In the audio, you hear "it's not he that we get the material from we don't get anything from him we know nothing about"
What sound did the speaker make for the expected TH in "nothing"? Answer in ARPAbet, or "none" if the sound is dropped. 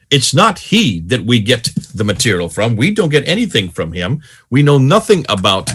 TH